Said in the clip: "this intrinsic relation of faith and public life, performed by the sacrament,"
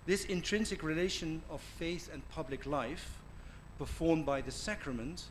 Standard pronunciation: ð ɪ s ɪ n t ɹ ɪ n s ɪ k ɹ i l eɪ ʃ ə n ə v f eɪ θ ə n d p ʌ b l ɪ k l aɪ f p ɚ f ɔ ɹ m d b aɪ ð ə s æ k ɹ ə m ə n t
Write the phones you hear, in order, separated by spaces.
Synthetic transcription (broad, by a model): ð ɪ s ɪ n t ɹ ɪ n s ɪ k ɹ i l eɪ ʃ ə n ə v f eɪ θ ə n p ʌ b l ɪ k l aɪ f p ɚ f ɔ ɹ m b aɪ ð ə s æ k ɹ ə m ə n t